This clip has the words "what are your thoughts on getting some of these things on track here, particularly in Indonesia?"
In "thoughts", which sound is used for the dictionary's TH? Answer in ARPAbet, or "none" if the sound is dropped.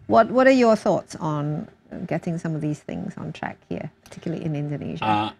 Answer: TH